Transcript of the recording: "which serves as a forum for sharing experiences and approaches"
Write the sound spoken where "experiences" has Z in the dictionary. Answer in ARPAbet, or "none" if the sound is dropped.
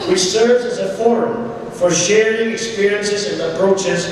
Z